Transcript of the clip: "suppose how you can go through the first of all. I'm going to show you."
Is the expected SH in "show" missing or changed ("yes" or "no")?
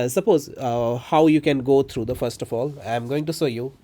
yes